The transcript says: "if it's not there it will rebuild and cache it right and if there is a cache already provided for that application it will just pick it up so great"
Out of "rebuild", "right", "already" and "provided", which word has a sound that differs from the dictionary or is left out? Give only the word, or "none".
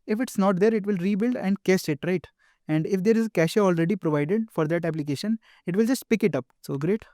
none